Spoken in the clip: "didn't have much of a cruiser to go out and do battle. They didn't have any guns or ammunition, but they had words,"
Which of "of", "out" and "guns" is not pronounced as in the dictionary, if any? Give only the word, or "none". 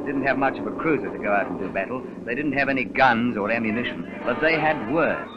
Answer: none